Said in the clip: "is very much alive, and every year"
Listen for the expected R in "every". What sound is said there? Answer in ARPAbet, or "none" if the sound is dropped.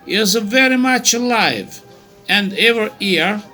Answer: none